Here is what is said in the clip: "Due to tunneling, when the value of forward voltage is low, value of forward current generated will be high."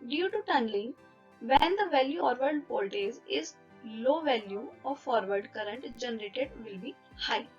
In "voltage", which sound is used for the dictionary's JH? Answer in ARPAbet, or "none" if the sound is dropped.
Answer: Z